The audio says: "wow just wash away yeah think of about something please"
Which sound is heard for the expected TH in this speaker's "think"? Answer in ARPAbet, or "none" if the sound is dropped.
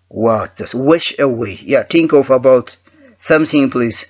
T